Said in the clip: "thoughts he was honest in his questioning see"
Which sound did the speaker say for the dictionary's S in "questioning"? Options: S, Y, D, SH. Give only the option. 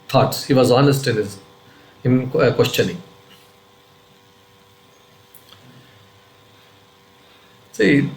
SH